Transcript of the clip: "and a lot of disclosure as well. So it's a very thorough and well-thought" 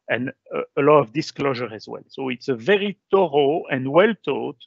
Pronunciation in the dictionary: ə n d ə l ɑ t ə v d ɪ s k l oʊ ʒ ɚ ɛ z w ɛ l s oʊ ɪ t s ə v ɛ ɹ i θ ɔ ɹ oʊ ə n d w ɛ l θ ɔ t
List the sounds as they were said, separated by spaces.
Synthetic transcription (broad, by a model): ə n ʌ ə l ɑ t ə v d ɪ s k l oʊ ʒ ɚ ɛ z w ɛ l s oʊ ɪ t s ə v ɛ ɹ i t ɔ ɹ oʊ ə n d w ɛ l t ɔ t